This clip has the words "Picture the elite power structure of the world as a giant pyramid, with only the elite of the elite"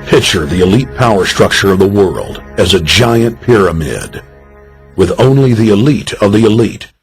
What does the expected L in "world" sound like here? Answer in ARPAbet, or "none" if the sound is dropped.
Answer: L